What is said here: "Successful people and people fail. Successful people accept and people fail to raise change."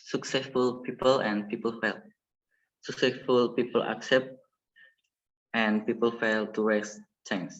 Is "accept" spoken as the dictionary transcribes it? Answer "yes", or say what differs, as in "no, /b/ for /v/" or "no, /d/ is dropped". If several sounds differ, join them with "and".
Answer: yes